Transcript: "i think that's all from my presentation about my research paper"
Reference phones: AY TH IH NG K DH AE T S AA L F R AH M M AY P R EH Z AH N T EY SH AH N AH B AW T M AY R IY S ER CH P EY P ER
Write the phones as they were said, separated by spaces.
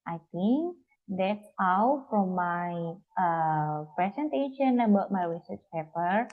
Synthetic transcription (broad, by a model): AY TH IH NG K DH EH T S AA W F R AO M M AY P R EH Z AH N T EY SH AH N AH B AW T M AY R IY S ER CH P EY P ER